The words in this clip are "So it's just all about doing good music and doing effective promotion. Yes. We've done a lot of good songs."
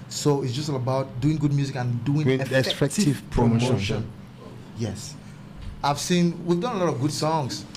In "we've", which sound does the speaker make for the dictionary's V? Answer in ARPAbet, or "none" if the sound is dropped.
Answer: V